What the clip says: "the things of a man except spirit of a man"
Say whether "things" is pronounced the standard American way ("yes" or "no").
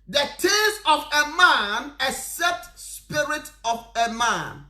no